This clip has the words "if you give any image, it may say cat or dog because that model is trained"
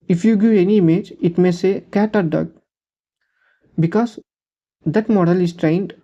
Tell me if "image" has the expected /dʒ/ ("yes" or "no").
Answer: yes